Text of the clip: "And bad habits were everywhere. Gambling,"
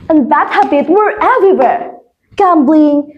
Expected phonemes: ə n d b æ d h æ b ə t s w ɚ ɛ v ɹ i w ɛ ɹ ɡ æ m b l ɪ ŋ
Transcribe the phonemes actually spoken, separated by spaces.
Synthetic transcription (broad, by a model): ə n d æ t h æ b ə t w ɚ ɛ v ɹ i w ɛ ɹ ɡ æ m b l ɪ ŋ